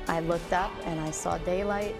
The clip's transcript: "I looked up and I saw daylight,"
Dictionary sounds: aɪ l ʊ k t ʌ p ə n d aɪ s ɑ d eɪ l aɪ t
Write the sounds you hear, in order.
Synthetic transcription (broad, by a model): aɪ l ʊ k t ʌ p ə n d aɪ s ɑ d eɪ l aɪ t